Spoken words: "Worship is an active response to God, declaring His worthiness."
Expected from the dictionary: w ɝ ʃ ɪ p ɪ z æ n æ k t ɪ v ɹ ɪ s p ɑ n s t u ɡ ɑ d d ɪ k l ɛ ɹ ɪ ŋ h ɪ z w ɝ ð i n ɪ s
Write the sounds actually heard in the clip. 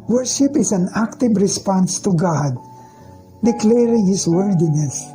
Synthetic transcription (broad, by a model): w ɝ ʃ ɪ p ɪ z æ n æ k t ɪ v ɹ ɪ s p ɑ n s t u ɡ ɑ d d ɪ k l ɛ ɹ ɪ ŋ h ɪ s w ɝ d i n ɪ s